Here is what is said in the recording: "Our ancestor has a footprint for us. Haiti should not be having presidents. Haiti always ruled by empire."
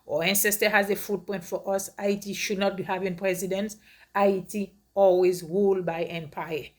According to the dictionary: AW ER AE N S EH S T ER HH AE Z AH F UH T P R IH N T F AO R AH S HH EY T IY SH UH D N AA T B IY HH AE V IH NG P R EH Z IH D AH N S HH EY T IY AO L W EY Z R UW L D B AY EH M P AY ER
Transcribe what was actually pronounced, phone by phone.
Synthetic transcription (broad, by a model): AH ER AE N S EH S T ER HH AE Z AH F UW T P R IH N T F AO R AH S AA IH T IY SH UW D N AA T B IY HH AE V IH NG P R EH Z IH D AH N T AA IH T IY AO L W EY Z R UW L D B AY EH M P AY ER